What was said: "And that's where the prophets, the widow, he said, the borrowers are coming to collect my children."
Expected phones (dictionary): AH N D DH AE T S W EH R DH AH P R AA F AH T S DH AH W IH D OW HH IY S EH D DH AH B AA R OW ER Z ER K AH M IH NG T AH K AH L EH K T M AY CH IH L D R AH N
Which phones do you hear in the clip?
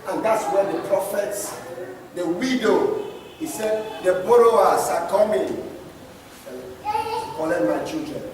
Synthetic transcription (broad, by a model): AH N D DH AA T S W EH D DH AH P R AA F AH T S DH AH W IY D OW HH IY S EH D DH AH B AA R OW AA S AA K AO M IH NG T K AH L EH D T M AY CH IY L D R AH N